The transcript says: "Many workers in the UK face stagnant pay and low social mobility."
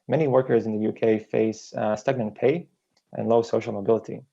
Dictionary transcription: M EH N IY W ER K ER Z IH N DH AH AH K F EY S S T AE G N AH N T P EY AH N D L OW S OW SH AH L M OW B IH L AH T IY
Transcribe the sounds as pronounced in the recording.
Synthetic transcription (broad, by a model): M EH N IY W ER K ER Z IH N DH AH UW K F EY S S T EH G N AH N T P EY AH N L OW S OW SH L M OW B IH L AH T IY